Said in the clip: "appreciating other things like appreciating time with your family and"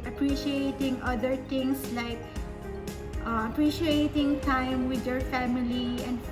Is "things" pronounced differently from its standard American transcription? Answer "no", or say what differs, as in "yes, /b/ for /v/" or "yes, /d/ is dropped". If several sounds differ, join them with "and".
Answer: yes, /t/ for /θ/ and /s/ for /z/